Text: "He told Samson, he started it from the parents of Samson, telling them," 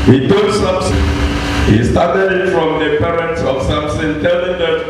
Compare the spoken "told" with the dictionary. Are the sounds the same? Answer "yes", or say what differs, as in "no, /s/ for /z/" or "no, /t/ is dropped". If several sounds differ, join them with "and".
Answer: no, /l/ is dropped